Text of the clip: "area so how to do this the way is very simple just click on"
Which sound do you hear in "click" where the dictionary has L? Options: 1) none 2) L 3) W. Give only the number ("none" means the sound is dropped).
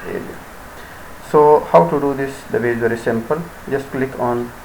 2